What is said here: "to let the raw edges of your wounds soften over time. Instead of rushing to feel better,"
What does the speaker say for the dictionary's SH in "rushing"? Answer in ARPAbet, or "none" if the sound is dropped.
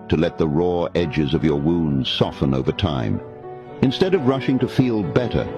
SH